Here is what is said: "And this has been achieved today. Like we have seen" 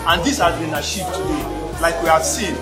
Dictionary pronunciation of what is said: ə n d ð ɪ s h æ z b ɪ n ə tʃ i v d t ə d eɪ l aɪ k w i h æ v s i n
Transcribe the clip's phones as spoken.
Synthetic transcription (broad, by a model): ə n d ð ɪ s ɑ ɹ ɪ n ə ʃ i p t ə d eɪ l aɪ k w i h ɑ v s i n